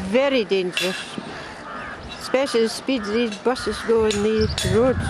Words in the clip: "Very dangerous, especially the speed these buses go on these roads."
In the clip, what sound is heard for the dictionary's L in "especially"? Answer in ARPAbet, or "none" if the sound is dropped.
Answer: none